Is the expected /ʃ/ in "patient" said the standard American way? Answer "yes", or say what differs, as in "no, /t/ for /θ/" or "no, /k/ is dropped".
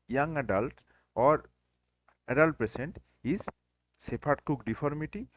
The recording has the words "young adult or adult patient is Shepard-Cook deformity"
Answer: no, /s/ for /ʃ/